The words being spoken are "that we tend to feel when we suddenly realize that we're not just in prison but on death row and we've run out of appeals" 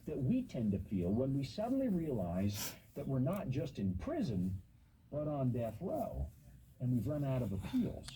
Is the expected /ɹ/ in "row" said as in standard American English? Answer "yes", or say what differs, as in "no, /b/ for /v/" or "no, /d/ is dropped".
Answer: no, /l/ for /ɹ/